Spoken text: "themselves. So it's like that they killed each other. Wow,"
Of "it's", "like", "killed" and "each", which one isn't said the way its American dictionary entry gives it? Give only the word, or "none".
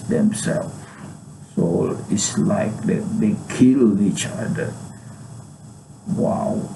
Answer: killed